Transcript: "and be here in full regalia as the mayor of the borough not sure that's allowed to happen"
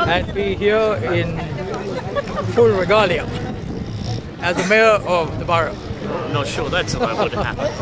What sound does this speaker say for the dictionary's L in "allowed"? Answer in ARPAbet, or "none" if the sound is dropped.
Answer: none